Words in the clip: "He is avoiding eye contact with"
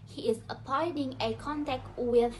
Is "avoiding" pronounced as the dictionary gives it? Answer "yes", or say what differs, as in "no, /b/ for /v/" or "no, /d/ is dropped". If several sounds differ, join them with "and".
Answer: no, /p/ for /v/